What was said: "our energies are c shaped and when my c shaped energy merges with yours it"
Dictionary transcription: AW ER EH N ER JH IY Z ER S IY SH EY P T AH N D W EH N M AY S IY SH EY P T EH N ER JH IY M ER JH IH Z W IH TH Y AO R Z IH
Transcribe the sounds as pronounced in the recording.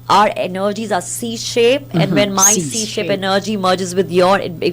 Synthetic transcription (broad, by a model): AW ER EH N ER JH IY Z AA S IY SH EY P AH N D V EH N M AY S IY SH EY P EH N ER JH IY M ER JH IH Z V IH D Y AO R IH